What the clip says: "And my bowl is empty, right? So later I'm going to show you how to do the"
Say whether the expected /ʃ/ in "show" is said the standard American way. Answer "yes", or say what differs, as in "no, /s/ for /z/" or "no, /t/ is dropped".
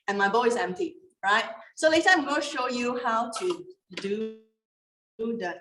yes